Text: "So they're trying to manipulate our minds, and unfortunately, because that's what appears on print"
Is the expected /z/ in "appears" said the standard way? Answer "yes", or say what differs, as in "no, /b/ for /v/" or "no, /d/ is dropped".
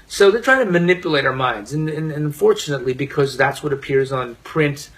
yes